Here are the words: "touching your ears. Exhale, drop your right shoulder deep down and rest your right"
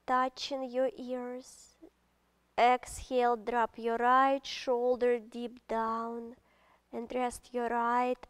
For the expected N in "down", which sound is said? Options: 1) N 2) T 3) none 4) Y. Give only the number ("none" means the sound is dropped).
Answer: 1